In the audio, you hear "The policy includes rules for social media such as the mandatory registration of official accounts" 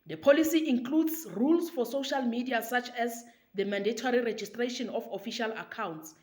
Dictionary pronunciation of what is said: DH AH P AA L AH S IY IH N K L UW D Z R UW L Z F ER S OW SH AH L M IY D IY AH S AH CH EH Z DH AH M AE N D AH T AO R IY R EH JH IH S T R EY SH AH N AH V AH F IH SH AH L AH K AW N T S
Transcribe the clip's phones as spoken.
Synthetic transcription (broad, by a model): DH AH P AA L AH S IY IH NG K L UW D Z R UW L S F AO S OW SH AH L M IY D IY AH S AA CH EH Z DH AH M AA N D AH T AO R IY R EH JH IH S T R EY SH AH N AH F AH F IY SH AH L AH K AW N T S